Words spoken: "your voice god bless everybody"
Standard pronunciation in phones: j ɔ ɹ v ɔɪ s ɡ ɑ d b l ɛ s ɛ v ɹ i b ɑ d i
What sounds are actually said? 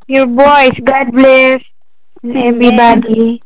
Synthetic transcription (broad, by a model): j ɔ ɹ b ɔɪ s ɡ ɑ d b l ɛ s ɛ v ɹ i b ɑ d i